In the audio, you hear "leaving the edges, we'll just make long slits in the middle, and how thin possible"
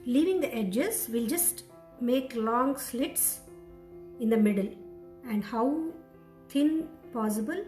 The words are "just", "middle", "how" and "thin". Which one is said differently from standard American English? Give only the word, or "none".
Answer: thin